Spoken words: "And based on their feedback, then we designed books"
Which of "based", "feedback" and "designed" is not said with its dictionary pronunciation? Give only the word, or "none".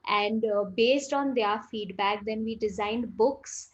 none